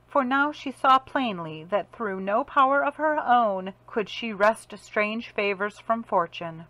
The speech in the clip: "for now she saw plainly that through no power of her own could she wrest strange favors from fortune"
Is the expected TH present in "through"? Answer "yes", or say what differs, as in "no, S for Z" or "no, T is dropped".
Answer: yes